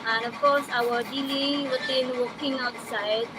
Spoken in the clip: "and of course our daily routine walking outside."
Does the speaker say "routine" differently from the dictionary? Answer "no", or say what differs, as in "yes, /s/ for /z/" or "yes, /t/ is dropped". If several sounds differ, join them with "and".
yes, /w/ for /ɹ/